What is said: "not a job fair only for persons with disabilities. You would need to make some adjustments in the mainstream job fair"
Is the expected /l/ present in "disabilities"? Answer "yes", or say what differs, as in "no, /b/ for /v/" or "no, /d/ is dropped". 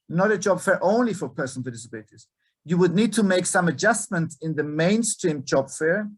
no, /l/ is dropped